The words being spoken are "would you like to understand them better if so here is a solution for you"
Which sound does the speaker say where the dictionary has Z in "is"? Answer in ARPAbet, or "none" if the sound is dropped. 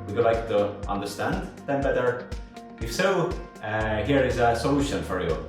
Z